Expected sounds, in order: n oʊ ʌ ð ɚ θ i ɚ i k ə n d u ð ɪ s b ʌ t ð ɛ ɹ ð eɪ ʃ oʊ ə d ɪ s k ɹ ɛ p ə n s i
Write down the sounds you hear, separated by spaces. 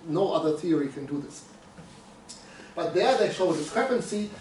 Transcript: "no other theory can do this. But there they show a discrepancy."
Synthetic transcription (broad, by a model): n oʊ ʌ ð ɚ θ i ɚ i k ə n d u ð ɪ s b ʌ t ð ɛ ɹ ð eɪ ʃ oʊ ə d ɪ s k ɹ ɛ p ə n s i